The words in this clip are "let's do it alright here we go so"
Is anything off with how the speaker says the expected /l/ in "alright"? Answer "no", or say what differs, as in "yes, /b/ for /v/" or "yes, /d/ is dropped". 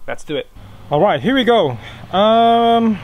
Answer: no